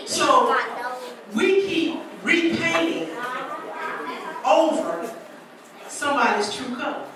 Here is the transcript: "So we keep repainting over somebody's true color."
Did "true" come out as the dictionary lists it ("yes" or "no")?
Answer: no